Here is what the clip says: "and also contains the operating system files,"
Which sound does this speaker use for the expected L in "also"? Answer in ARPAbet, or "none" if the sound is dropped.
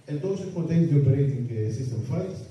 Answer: none